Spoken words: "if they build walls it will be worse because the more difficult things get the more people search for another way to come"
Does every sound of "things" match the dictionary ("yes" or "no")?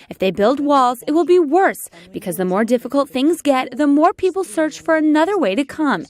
yes